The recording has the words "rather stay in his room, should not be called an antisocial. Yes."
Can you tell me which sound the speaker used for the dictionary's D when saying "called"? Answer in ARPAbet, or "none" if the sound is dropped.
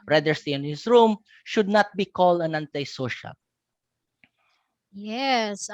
D